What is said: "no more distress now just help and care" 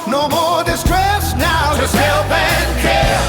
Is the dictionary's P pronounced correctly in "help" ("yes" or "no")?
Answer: no